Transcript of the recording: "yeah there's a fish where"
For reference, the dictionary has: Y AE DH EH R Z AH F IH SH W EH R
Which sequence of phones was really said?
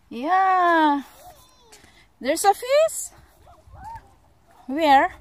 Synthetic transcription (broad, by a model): Y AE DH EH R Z AH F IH S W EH R